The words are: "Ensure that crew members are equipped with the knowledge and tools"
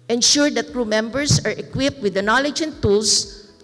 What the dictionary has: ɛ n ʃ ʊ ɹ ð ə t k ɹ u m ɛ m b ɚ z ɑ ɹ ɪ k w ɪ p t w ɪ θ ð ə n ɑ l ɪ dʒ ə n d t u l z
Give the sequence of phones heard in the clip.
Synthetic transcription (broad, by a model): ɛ n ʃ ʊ ɹ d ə t k ɹ u m ɛ m b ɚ s ɑ ɹ ɪ k w ɪ p t w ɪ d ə n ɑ l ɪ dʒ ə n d t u l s